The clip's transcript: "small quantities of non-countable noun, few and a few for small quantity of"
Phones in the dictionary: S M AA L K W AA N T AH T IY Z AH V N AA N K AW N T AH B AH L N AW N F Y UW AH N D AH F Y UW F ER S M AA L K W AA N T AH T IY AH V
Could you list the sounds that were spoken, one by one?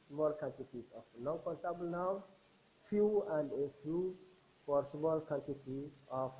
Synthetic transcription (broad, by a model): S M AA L K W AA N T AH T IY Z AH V N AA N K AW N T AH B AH L N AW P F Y UW AH N D AH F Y UW P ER S M AA L K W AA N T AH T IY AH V